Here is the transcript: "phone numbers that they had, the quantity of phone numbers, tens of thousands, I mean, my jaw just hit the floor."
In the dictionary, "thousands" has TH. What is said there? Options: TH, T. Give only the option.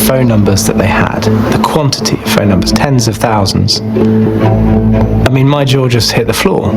TH